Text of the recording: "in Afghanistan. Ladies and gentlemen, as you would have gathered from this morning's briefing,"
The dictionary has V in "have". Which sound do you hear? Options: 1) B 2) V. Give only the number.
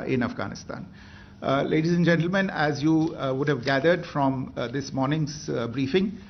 2